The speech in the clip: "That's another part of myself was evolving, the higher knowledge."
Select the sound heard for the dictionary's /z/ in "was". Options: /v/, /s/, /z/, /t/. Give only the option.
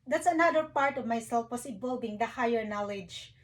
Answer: /s/